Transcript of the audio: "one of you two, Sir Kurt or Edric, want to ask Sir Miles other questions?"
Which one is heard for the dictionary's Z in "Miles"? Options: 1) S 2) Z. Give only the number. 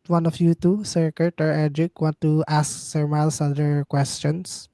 1